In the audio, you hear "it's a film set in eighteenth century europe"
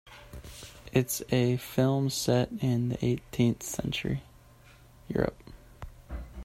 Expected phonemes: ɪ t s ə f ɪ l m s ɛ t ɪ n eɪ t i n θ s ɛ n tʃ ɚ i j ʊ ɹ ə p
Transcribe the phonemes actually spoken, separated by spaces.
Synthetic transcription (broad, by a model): ɪ t s ə f ɪ l m s ɛ t ɪ n eɪ t i n θ s ɛ n tʃ ɚ i j ʊ ɹ ə p